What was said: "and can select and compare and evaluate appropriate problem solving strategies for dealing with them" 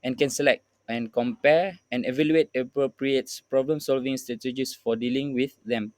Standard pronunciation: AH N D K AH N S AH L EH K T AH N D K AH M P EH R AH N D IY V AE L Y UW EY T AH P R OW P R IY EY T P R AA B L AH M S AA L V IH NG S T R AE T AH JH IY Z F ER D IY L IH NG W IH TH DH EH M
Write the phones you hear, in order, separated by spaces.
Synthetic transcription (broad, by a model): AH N K AH N S AH L EH K T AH N K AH M P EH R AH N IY V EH L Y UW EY T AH P R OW P R IY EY T P R AA B L AH M S AA L V IH NG S T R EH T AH JH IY S F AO D IY L IH NG W IH TH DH EH M